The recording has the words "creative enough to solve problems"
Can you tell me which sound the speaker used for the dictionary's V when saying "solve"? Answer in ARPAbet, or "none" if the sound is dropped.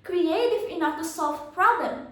F